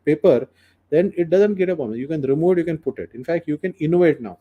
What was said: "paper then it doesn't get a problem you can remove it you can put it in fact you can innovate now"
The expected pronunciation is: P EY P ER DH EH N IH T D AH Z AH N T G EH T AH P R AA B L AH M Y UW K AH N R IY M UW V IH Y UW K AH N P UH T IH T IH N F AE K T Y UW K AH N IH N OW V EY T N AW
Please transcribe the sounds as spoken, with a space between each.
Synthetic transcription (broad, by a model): P EY P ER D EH N IH T D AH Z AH N T G EH T AH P AA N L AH Y UW K AH N R IY M UW V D Y UW K AH N P UH T IH T IH N F AE K T Y UW K AH N IH N OW V EY T N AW